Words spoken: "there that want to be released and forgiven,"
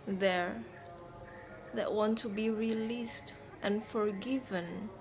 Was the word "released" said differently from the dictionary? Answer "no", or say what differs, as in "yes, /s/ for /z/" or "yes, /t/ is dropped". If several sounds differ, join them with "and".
no